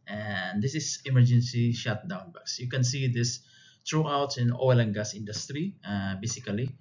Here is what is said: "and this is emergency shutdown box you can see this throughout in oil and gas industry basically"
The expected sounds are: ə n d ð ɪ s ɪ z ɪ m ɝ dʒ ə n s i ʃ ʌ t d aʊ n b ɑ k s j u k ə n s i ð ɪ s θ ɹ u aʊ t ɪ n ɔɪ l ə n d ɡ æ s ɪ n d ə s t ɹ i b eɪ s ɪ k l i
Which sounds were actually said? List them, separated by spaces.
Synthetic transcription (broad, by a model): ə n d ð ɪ s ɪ s ɪ m ɝ dʒ ə n s i ʃ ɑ t d aʊ n b ɑ k s j u k ə n s i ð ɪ s t ɹ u aʊ t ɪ n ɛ l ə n ɡ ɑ s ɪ n d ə s t ɹ i b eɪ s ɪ k l i